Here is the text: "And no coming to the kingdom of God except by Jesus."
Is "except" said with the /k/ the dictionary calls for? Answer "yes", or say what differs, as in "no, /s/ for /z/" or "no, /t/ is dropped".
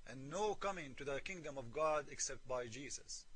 yes